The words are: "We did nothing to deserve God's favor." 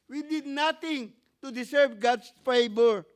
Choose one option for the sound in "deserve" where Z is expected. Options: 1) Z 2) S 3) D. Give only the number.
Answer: 2